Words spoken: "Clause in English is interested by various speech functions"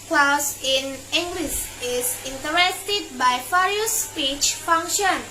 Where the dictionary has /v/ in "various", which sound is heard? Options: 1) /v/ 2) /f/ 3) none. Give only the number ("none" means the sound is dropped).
2